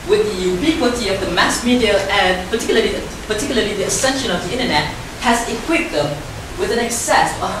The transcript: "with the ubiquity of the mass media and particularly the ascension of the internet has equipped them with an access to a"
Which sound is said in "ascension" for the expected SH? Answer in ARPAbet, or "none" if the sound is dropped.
SH